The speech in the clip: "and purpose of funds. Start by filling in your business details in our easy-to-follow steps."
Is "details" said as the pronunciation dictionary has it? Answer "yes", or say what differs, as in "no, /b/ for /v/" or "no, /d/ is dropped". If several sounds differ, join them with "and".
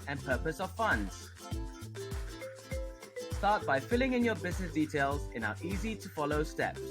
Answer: yes